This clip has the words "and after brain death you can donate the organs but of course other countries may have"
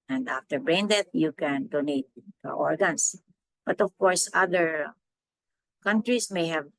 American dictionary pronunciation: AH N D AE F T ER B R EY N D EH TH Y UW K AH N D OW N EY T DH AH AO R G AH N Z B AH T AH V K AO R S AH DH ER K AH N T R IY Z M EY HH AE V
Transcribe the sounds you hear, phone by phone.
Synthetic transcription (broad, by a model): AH N D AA F T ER B R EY N D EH T Y UW K AH N D OW N EY T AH AO R G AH N S B AH T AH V K AO R S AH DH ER K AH N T R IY S M EY HH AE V